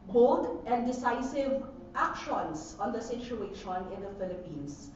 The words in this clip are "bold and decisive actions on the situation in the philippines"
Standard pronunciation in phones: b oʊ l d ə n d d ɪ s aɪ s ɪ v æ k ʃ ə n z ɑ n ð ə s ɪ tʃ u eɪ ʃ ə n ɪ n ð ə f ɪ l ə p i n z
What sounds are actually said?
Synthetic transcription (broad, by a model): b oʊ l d ə n d d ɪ s aɪ s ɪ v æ k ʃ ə n s ɑ n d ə s ɪ tʃ u eɪ ʃ ə n ɪ n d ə f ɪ l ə p i n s